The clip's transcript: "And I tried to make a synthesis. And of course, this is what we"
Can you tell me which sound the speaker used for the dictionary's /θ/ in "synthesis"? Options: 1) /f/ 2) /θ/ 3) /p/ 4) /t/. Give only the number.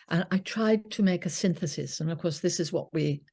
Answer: 2